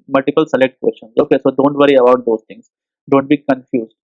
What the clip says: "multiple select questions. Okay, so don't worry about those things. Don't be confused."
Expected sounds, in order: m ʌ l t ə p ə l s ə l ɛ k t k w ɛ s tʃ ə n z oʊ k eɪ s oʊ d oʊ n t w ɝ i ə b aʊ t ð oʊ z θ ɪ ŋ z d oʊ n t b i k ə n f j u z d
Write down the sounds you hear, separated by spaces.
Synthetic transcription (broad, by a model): m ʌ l t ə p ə l s ə l ɛ k t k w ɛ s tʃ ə n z oʊ k eɪ s oʊ d oʊ n t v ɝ i ə b aʊ t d oʊ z t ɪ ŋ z d oʊ n t b i k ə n f j u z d